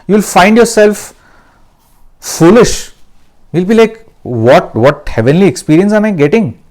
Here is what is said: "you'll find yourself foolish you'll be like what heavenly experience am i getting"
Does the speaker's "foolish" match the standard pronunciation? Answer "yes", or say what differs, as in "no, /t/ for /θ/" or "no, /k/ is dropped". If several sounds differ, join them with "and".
yes